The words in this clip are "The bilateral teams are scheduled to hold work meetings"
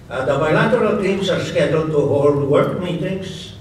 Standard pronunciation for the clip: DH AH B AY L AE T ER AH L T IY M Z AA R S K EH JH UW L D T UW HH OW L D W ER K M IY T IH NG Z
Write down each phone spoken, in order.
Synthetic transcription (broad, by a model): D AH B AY L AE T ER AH L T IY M S AA R S K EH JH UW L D T UW HH OW L D W ER K M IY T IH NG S